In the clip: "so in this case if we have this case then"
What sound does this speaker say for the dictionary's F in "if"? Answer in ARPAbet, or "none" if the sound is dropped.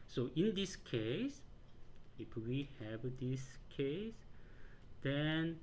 P